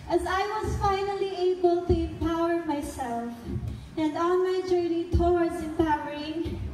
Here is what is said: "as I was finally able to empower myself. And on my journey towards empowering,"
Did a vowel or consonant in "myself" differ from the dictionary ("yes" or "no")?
no